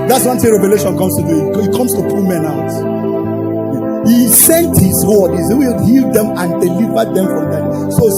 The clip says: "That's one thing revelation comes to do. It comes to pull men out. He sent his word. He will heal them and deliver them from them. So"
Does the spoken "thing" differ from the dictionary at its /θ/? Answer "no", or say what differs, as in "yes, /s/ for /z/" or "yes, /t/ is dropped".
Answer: yes, /s/ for /θ/